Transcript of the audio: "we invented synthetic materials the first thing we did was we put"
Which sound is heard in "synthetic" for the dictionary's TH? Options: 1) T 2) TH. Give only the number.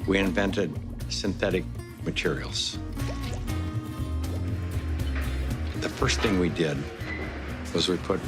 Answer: 2